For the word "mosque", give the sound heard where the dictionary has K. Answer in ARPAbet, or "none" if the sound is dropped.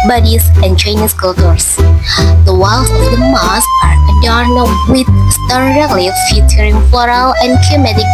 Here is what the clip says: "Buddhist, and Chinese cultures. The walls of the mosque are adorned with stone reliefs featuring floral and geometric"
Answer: none